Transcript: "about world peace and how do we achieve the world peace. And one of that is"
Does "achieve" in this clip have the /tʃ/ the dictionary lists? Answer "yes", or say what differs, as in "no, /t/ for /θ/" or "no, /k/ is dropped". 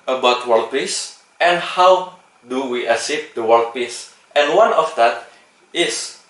no, /s/ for /tʃ/